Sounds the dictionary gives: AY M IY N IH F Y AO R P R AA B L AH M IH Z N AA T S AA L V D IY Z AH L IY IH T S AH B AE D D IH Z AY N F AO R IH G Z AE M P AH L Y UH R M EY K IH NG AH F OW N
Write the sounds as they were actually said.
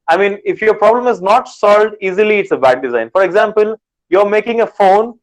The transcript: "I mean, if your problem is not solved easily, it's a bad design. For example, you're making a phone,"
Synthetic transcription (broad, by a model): AY M IY N IH F Y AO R P R AA B L AH M IH Z N AA T S AA L V D IY Z AH L IY IH T S AH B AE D D IH Z AY N F AO R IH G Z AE M P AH L Y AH R M EY K IH NG AH F OW N